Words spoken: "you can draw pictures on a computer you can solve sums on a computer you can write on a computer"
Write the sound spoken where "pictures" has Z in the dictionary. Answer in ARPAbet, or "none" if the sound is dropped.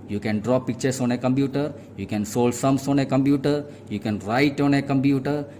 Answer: S